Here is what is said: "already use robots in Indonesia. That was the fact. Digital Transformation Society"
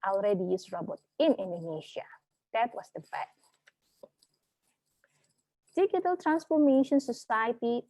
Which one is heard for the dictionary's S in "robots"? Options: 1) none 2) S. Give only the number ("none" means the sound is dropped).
1